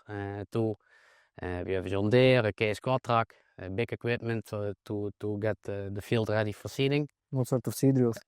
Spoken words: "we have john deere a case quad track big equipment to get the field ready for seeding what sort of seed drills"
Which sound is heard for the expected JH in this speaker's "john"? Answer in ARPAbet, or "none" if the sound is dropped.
Z